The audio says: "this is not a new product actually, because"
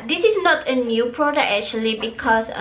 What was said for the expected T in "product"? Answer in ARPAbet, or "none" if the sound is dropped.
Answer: none